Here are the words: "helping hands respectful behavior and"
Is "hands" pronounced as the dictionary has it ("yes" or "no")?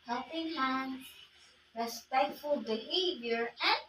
no